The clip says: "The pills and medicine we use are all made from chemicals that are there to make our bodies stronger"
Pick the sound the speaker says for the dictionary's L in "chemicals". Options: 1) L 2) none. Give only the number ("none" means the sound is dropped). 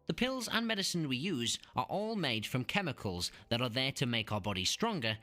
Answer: 1